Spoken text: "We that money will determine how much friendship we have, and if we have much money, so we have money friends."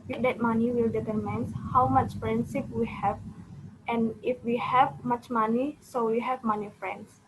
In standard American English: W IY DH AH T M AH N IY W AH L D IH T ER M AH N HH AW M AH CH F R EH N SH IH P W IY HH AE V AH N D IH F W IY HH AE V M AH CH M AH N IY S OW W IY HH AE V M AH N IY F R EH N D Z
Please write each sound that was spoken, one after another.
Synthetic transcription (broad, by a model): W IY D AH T M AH N IY W AH L D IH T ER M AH N HH AW M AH CH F R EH N S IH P W IY HH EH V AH N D IH F W IY HH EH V M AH CH M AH N IY S OW W IY HH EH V M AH N IY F R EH N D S